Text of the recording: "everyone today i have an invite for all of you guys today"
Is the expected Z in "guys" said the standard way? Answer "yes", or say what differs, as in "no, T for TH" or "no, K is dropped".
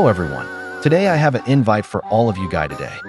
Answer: no, Z is dropped